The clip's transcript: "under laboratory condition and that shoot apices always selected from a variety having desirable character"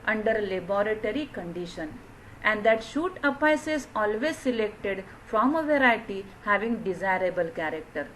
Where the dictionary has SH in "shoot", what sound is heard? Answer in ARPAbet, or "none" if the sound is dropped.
SH